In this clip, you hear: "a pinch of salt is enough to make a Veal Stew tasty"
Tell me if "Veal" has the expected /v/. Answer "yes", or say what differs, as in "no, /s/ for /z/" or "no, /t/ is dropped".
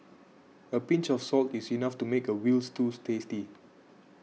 no, /w/ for /v/